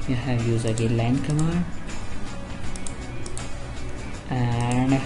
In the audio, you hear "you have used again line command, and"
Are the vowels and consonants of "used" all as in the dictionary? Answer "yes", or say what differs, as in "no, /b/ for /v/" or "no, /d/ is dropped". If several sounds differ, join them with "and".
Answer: no, /d/ is dropped